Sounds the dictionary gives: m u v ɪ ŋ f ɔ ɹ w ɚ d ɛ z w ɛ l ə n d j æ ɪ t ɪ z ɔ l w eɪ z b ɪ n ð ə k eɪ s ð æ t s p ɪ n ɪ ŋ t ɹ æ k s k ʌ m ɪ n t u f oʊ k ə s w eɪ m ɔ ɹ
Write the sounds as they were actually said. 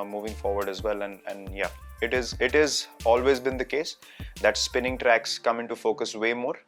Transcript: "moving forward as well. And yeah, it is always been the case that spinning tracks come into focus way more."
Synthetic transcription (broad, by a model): m u v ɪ ŋ f ɔ ɹ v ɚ d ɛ z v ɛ l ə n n j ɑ ɪ t ɪ z ɔ l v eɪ z b ɪ n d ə k eɪ s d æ t s p ɪ n ɪ ŋ t ɹ æ k s k ʌ m ɪ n t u f oʊ k ə s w eɪ m ɔ ɹ